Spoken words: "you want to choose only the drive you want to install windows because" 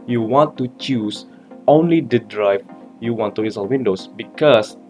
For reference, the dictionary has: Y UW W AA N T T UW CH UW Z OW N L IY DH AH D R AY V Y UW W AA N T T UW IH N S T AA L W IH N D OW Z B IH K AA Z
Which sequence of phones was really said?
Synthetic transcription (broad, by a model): Y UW W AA N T T UW CH UW S OW N L IY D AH D R AY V Y UW W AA N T T UW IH S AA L W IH N D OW S B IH K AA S